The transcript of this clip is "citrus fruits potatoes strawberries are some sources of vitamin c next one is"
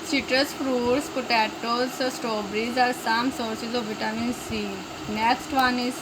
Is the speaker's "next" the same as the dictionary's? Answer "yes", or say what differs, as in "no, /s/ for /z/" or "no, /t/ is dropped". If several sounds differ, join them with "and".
no, /k/ is dropped